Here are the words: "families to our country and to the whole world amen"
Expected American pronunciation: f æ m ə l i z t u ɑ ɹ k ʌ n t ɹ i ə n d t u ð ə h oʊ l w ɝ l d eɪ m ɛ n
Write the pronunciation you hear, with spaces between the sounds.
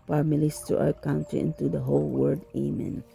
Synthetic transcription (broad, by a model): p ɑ m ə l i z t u ɑ ɹ k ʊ n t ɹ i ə n t u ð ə h oʊ l w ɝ d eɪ m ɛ n